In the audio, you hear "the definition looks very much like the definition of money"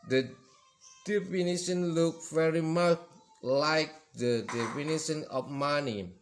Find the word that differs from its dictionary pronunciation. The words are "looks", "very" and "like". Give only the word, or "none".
looks